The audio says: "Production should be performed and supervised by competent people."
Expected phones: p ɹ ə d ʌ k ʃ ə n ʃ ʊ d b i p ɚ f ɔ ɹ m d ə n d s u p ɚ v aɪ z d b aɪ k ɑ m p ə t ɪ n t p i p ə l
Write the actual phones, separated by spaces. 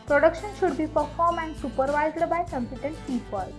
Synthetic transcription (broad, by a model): p ɹ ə d ʌ k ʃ ə n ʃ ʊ d b i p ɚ f ɔ ɹ m ə n d s u p ɚ v aɪ z d b aɪ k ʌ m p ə t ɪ n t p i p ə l